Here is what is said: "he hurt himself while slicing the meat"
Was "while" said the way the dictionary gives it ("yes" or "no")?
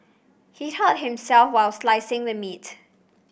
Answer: yes